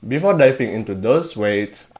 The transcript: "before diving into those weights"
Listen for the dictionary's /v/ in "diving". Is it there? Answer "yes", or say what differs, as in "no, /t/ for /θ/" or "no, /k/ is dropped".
no, /f/ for /v/